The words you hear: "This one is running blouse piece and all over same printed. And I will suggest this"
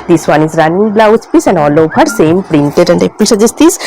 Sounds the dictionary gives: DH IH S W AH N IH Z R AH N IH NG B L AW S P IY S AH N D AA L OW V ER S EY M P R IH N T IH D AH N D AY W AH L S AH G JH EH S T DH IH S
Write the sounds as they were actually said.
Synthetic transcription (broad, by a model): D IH S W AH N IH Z R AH N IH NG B L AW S P IY S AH N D AA L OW P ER S EY M P R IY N T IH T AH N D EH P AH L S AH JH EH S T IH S